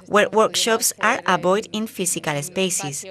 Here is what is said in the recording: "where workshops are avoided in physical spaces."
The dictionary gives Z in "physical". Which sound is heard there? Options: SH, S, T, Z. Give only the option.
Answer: S